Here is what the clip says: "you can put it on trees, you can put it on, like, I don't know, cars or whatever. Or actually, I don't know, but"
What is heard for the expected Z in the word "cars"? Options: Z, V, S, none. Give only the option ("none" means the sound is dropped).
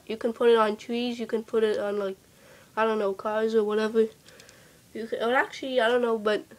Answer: Z